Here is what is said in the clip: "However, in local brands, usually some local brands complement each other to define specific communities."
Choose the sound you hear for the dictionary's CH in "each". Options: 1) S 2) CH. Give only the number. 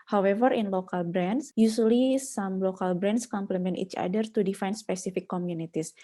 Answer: 2